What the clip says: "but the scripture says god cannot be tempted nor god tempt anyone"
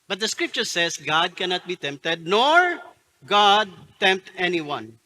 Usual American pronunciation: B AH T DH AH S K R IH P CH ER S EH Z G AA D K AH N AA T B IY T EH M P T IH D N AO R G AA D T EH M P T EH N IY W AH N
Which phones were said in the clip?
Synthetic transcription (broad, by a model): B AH T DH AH S K R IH P CH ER S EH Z G AA D K AH N AA T B IY T EH M P T IH D N AO R G AA D T EH M P T EH N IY W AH N